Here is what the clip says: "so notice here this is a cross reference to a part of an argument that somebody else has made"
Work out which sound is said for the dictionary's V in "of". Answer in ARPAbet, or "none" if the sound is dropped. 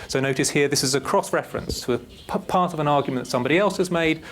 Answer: V